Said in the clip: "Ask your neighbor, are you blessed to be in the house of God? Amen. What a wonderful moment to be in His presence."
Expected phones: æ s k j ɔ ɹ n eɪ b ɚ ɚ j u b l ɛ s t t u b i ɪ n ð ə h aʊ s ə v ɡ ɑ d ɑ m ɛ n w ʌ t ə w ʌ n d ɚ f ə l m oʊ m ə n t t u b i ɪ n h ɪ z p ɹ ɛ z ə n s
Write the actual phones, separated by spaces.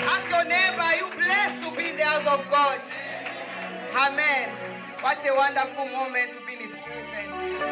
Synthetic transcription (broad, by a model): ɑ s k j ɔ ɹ n eɪ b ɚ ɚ j u b l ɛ s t t u b i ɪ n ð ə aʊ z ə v ɡ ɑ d ɑ m ɛ n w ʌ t ə w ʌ n d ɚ f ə l m oʊ m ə n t t u b i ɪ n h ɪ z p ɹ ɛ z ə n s